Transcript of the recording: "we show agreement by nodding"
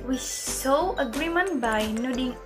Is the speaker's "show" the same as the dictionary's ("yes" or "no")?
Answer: no